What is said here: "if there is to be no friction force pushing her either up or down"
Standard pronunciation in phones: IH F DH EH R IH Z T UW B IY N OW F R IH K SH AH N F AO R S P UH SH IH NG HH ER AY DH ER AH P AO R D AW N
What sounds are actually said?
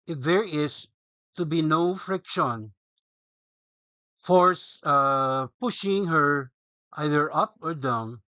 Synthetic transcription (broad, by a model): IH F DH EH R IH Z T UW B IY N OW F R IH K SH AH N F AO R S P UH SH IH NG HH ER AY DH ER AH P AO R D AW N